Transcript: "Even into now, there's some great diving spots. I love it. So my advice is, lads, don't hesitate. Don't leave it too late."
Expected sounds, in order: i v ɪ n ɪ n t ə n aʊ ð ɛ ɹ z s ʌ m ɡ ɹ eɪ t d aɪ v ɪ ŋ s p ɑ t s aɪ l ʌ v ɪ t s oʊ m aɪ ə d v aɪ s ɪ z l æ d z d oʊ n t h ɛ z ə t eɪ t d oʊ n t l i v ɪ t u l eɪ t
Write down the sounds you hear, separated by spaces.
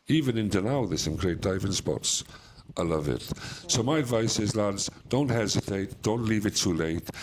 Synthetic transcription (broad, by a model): i v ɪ n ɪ n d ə n aʊ ð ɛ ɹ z s ʌ m ɡ ɹ eɪ t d aɪ v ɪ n s p ɑ t s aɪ l ʌ v ɪ t s oʊ m aɪ ə d v aɪ s ɪ z l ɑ d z d oʊ n t h ɛ z ə t eɪ t d oʊ n t l i v ɪ t u l eɪ t